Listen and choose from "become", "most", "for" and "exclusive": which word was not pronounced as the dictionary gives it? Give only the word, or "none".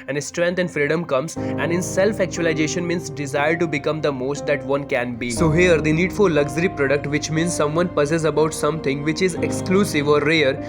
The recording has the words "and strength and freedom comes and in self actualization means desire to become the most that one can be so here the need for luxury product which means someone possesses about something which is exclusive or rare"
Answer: for